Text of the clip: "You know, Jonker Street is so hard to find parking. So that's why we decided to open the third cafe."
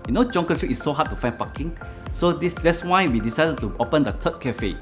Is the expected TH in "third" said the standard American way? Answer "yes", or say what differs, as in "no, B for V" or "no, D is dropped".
no, T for TH